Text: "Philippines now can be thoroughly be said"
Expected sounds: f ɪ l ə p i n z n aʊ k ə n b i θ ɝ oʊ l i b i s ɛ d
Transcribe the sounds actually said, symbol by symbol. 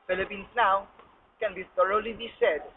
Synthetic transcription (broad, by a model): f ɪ l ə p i n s n aʊ k ə n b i t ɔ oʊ l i b i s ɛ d